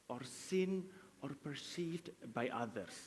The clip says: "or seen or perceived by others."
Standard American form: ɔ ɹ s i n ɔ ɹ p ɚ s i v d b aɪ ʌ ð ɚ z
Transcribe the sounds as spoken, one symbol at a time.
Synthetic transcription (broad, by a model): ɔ ɹ s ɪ n ɔ ɹ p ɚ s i d b aɪ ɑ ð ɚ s